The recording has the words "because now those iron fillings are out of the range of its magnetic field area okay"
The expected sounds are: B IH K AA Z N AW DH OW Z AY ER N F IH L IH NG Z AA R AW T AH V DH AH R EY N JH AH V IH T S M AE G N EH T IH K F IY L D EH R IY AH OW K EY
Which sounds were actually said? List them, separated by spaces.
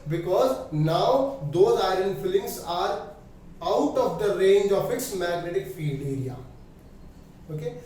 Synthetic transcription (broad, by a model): B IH K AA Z N AW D OW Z AY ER N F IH L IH NG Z AA R AW T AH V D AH R EY N JH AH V IH T S M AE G N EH T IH K F IY L D EH R IY AH OW K EY